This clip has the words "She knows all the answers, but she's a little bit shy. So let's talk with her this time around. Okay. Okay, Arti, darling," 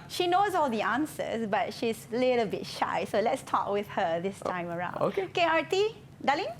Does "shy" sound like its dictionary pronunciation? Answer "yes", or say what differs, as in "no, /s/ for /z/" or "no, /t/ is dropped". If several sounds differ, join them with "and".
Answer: yes